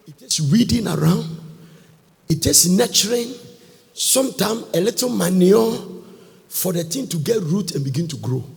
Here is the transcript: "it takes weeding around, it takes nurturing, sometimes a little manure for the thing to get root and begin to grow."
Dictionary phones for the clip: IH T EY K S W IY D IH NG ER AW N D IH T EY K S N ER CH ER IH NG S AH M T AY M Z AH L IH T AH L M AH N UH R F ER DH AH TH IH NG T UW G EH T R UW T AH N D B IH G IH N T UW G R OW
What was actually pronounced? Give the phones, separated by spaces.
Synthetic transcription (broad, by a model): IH T EY K S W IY D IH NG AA AW N D IH T EY K S N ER CH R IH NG S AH M T AY M AH L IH T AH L M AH N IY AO F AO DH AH T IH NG T UW G EH T R UW T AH N B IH G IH N T UW G R OW